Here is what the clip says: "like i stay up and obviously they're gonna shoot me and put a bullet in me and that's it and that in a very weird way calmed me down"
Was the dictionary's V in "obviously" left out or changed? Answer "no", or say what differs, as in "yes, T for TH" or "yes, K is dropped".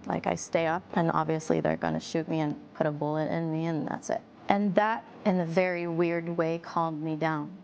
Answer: no